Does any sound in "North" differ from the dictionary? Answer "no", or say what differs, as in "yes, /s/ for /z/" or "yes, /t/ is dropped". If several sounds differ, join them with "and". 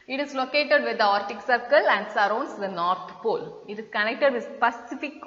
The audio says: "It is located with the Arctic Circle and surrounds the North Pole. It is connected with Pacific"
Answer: yes, /t/ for /θ/